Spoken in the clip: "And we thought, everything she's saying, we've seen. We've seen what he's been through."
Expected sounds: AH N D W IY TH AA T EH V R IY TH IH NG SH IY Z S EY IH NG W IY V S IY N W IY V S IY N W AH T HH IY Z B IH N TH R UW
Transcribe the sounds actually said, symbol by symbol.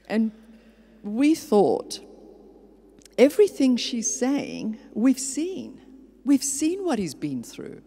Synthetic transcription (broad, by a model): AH N W IY TH AA T EH V R IY TH IH NG SH IY Z S EY IH NG W IY V S IY N W IY V S IY N W AH T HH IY Z B IH N TH R UW